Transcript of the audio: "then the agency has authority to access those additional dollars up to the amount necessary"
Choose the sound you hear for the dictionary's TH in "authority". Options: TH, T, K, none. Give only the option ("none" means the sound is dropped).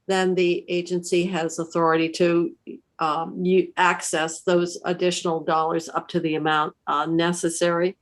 TH